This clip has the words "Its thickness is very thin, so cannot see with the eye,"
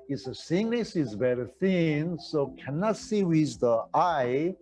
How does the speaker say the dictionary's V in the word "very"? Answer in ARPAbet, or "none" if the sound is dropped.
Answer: B